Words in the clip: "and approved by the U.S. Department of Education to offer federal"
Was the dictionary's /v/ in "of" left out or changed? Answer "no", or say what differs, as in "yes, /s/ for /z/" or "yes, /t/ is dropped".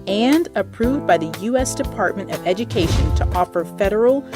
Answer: no